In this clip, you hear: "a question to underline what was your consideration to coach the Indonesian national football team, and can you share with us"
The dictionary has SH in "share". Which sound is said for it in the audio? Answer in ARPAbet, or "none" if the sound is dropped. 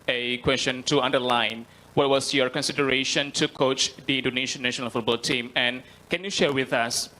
SH